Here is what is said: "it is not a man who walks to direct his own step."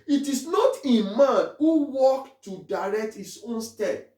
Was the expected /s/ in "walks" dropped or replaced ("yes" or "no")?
yes